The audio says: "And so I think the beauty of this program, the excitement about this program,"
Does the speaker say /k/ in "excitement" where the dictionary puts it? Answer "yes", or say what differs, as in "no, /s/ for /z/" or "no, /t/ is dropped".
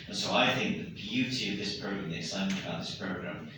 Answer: no, /k/ is dropped